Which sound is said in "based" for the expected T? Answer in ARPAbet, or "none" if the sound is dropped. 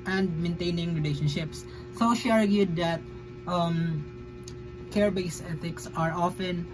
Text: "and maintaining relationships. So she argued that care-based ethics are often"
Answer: none